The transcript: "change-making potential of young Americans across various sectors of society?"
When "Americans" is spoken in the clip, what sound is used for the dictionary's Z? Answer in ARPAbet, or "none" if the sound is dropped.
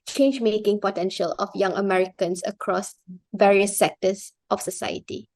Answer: S